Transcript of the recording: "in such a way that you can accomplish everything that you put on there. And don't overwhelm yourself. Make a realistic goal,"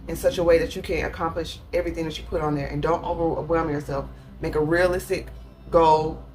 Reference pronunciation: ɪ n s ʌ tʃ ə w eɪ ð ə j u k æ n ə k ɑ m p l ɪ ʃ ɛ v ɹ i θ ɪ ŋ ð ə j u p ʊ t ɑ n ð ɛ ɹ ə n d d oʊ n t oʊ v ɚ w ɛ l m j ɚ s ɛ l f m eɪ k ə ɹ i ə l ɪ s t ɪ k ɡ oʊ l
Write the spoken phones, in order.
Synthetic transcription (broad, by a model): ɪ n s ʌ tʃ ə w eɪ ð ə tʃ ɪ k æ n ə k ɑ m p l ɪ ʃ ɛ v ɹ i θ ɪ ŋ ð ə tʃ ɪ p ʊ t n ð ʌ ɹ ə n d d oʊ n t oʊ v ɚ w ɛ l m j ɚ s ɛ l f m eɪ k ə ɹ i ə l ɪ s t ɪ k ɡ oʊ l